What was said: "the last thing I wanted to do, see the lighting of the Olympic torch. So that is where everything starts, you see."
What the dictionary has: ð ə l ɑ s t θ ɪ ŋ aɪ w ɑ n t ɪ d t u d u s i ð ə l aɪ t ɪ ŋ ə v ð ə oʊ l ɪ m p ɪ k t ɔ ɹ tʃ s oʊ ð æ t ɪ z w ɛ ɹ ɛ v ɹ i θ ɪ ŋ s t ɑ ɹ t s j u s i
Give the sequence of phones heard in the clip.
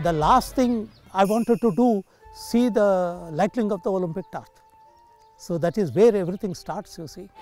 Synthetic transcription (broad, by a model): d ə l ɑ s t t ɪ ŋ aɪ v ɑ n t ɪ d t u d u s i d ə l aɪ t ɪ ŋ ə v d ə oʊ l ɪ m p ɪ k t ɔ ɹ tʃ s oʊ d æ t ɪ z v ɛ ɹ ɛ v ɹ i t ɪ ŋ s t ɑ ɹ t s j u s i